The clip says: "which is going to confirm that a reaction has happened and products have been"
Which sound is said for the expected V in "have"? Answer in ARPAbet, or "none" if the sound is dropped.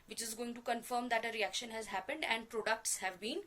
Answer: V